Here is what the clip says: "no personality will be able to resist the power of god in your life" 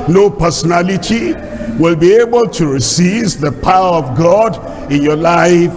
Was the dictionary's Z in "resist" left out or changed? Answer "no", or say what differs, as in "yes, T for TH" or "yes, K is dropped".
yes, S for Z